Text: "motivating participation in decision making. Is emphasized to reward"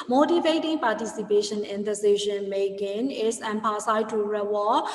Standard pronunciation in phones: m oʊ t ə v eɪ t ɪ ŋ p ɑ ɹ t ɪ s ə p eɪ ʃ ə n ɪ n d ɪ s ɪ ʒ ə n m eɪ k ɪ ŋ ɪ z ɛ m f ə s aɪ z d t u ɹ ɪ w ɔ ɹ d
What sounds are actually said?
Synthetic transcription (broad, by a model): m oʊ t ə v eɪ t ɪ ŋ p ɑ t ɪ s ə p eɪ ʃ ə n ɪ n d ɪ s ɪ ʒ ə n m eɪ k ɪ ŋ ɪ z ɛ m p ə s aɪ t u ɹ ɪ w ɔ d